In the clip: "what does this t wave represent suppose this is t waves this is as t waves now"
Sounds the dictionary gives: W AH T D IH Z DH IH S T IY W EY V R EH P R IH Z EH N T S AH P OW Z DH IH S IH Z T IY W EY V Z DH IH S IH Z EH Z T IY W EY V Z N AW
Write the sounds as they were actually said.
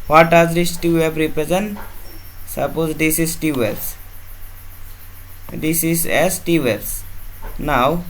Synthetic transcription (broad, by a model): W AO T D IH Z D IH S T IY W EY P R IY P R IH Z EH N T S AH P OW Z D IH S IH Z T IY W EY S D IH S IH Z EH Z T IY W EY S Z N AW